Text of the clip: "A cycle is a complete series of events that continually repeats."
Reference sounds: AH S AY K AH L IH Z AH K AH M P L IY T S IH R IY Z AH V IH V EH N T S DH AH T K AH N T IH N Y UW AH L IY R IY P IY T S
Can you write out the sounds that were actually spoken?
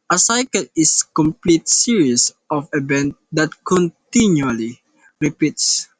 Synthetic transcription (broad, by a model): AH S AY K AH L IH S K AH M P L IY T S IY R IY S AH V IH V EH N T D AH T K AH N T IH N Y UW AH L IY R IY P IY T S